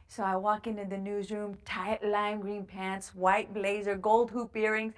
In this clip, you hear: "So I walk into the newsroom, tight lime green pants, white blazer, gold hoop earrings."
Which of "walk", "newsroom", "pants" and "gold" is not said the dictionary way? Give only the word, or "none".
none